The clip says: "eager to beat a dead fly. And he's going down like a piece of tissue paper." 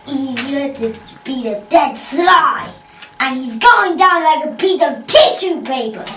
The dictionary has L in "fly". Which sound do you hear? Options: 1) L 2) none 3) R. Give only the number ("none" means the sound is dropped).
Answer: 1